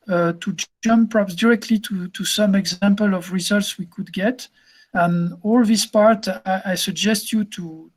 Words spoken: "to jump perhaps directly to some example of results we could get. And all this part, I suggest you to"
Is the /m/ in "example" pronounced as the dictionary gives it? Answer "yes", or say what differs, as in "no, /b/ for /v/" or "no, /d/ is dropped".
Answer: yes